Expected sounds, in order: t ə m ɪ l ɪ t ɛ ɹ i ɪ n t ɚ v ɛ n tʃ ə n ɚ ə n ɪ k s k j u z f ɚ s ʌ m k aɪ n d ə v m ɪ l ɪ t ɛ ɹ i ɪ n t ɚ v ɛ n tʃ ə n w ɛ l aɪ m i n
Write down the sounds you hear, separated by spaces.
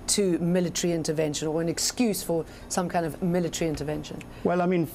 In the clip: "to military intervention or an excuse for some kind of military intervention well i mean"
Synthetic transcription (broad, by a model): t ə m ɪ l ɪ t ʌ ɹ i ɪ n t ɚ v ɛ n ʃ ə n ɚ ə n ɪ k s k j u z f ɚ s ʌ m k aɪ n d ə v m ɪ l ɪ t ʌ ɹ i ɪ n t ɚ v ɛ n ʃ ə n w ɛ l aɪ m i n